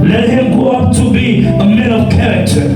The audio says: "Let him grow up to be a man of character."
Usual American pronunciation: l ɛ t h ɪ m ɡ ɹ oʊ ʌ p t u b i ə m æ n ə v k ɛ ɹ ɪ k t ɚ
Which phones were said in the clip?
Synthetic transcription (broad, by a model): l ɛ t h ɪ m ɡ oʊ ʌ p t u b i ə m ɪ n ə v k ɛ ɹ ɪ k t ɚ